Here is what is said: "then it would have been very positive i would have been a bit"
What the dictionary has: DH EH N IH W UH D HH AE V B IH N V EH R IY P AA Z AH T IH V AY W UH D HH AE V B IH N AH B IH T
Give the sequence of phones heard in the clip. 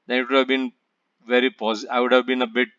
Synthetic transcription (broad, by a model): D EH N IH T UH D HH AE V B IH N V EH R IY P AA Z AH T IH IH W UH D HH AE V B IH N AH B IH T